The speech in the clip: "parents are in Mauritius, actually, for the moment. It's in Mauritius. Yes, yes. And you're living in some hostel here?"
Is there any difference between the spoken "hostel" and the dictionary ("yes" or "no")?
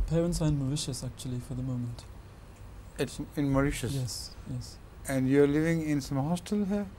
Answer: no